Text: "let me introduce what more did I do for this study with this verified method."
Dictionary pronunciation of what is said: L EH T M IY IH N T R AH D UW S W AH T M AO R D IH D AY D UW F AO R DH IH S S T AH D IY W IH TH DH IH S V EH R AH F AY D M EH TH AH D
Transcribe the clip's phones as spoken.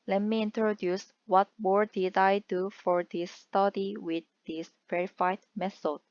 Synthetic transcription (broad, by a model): L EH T M IY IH N T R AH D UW S W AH T M AO R D IH D AY D UW F AO R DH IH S S T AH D IY W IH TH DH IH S V EH R AH F AY D M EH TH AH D